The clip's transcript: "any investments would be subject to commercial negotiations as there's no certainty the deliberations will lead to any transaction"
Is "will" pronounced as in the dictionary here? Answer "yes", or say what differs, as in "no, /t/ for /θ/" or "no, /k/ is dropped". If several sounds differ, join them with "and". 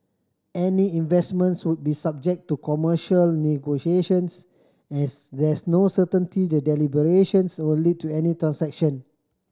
no, /n/ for /l/